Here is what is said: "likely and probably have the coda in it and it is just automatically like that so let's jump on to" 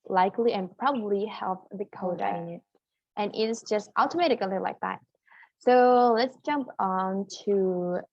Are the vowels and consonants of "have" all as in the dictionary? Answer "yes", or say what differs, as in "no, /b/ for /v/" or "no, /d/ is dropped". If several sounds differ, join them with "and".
no, /p/ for /v/